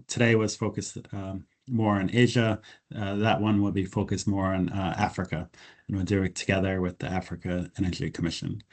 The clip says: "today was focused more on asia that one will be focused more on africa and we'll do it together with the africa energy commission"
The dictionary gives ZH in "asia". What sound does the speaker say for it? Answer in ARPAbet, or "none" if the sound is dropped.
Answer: ZH